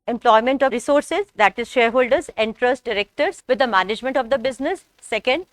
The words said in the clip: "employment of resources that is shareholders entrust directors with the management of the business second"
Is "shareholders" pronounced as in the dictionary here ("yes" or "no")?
yes